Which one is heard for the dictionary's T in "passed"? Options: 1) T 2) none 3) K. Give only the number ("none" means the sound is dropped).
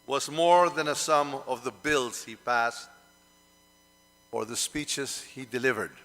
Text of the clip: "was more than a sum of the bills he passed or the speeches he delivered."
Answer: 1